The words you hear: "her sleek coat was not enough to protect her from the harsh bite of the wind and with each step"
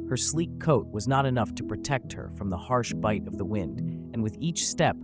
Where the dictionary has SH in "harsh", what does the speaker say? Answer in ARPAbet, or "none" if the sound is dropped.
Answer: SH